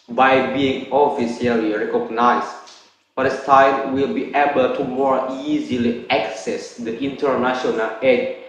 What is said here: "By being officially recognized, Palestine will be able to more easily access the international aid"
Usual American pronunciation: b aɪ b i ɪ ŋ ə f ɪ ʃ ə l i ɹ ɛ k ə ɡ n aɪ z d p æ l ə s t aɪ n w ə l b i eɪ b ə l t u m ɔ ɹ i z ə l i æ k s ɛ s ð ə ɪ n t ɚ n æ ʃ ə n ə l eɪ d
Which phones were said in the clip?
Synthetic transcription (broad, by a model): b aɪ b i ɪ ŋ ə f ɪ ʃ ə l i ɹ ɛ k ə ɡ n aɪ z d f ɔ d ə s t aɪ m w ə l b i eɪ b ə l t u m ɔ ɹ i z ə l i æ k s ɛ s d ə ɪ n t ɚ n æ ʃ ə n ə l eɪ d